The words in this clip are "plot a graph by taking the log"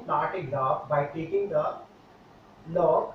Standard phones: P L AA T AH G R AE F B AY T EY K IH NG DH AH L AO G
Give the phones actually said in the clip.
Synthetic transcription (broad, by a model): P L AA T AH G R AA P B AY T EY K IH NG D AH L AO